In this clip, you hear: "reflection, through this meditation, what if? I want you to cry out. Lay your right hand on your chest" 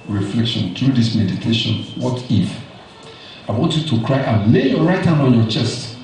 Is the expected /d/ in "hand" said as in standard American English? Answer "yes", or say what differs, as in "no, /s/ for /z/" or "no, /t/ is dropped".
no, /d/ is dropped